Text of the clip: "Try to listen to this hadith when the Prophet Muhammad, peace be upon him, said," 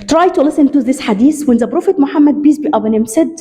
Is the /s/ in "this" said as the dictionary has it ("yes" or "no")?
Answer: yes